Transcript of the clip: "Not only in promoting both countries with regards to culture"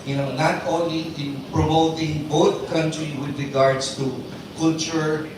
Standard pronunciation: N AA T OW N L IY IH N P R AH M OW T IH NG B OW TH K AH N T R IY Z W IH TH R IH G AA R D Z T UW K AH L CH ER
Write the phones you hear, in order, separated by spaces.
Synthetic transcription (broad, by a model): N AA T OW N L IY IH N P R AH M OW T IH NG B OW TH K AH N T R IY W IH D R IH G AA R D S T UW K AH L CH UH